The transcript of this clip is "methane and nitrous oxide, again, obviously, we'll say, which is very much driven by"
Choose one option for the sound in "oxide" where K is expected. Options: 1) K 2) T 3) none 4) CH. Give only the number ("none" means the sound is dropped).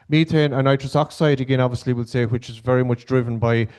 1